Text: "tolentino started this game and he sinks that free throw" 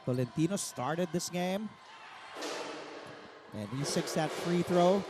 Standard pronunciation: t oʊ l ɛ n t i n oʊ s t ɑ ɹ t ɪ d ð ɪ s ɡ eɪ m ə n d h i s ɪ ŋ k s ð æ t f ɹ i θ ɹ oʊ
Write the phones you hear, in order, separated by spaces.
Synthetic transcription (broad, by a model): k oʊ l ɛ n t i n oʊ s t ɑ ɹ t ɪ d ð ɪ s ɡ eɪ m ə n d h i s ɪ k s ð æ t f ɹ i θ ɹ oʊ